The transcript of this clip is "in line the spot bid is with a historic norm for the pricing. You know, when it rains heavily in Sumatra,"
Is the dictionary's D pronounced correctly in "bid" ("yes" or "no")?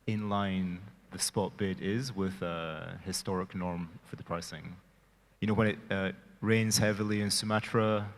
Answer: yes